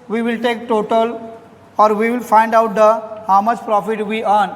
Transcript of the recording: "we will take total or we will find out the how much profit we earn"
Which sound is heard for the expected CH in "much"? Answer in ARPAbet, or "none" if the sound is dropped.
S